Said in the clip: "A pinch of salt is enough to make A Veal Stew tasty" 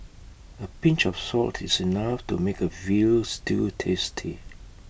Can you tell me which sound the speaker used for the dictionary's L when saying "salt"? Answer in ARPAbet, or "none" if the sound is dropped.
L